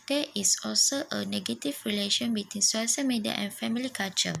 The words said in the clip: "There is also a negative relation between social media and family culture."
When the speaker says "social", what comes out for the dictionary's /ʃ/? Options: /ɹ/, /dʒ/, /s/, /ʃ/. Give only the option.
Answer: /s/